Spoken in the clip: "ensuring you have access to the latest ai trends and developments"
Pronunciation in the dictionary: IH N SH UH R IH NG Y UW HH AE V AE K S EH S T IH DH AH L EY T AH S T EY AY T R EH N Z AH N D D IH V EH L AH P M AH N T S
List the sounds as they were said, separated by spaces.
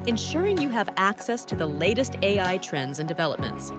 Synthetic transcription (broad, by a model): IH N SH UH R IH NG Y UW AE V AE K S EH S T IH DH AH L EY T AH S T EY AY T R EH N Z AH N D D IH V EH L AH P M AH N T S